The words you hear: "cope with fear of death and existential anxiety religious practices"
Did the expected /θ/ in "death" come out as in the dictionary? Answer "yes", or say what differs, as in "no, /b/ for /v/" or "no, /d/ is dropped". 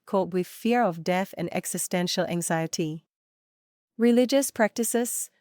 yes